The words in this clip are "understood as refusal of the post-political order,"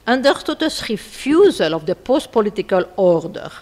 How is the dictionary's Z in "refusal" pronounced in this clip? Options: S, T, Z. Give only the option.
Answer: Z